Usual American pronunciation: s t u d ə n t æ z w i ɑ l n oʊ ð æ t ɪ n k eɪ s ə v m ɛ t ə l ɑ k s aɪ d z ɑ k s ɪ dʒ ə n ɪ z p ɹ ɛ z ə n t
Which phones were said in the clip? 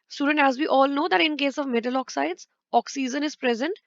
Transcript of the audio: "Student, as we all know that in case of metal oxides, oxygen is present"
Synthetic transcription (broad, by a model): s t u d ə n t æ z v i ɑ l n oʊ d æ t ɪ n k eɪ s ə v m ɛ t ə l ɑ k s aɪ d z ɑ k s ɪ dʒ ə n ɪ z p ɹ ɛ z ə n t